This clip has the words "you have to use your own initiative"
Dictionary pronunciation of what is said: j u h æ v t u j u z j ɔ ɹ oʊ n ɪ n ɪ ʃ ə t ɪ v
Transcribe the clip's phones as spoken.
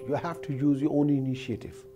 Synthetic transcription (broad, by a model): j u h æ f t u j u z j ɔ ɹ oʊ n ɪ n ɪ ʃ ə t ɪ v